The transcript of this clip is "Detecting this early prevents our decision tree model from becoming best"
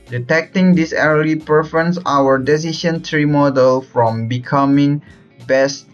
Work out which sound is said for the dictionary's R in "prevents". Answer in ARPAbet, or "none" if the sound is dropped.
none